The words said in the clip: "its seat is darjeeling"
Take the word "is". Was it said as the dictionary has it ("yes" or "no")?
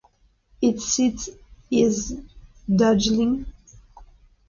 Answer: yes